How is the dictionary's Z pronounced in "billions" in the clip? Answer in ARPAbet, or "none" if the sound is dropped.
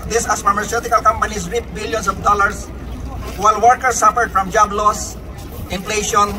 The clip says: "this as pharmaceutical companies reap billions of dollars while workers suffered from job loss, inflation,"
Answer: S